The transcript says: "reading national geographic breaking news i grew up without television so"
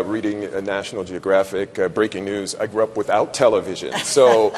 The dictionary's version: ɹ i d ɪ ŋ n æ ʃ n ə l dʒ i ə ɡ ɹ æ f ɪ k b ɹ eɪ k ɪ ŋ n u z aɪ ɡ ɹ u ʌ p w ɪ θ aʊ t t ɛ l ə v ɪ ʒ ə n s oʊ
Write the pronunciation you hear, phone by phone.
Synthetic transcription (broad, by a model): ɹ i d ɪ ŋ n æ ʃ n l dʒ i ə ɡ ɹ æ f ɪ k b ɹ eɪ k ɪ ŋ n u z aɪ ɡ ɹ u ʌ p w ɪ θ aʊ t t ɛ l ə v ɪ ʒ ə n s oʊ